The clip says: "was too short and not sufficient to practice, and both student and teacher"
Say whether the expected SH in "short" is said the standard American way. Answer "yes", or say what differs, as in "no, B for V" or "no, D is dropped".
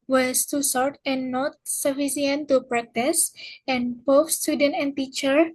no, S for SH